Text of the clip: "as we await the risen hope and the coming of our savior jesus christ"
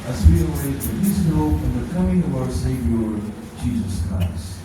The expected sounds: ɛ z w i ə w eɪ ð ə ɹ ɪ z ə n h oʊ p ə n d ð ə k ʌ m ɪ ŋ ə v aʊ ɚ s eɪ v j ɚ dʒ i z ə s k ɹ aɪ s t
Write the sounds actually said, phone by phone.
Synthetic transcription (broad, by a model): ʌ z w i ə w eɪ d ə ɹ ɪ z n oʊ f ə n ð ə k ʌ m ɪ ŋ ə v aʊ ɚ s eɪ v j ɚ dʒ i z ə s k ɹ aɪ s t